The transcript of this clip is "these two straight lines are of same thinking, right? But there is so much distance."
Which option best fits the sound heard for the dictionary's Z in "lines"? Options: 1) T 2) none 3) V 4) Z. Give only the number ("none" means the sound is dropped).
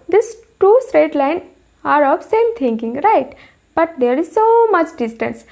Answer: 2